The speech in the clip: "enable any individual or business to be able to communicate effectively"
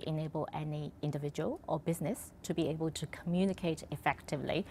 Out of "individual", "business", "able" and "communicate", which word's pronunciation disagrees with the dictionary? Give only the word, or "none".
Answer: none